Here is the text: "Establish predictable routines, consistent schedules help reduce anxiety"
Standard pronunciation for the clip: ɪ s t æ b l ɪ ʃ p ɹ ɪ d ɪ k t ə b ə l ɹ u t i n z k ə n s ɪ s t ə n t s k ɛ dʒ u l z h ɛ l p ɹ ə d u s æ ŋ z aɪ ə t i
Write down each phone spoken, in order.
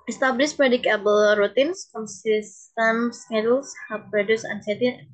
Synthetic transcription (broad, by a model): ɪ s t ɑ b l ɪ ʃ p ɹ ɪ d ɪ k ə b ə l ɹ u t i n s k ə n s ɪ s t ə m s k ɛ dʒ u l s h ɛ p ɹ ə d u s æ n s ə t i